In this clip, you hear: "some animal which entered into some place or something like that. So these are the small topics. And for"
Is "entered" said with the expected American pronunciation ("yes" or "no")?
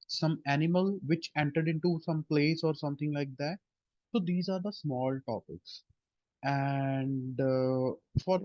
yes